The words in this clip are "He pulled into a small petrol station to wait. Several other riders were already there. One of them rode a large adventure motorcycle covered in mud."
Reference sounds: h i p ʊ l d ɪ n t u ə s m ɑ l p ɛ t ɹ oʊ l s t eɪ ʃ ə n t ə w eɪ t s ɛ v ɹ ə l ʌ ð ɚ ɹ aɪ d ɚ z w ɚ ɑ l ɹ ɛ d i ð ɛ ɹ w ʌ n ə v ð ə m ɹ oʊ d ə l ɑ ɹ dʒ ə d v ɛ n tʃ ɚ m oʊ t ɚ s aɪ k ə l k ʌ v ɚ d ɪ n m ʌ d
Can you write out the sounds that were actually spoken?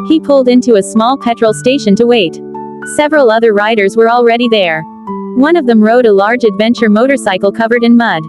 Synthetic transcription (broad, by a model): h i p ʊ l d ɪ n t u ə s m ɑ l p ɛ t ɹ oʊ l s t eɪ ʃ ə n t ə w eɪ t s ɛ v ɹ ə l ʌ ð ɚ ɹ aɪ d ɚ z w ɚ ɑ l ɹ ɛ d i ð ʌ ɹ w ʌ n ə v ð ə m ɹ oʊ d ə l ɑ ɹ dʒ ə d v ɛ n tʃ ɚ m oʊ t ɚ s aɪ k l k ʌ v ɚ d ɪ n m ʌ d